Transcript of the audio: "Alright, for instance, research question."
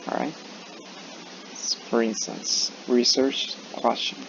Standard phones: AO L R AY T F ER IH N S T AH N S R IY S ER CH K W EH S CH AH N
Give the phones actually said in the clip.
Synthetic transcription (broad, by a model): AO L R AY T F ER IH N S T AH N S R IY S ER CH K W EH S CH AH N